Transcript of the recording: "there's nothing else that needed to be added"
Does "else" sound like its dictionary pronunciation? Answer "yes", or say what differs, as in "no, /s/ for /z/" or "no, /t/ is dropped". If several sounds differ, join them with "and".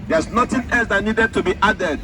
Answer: yes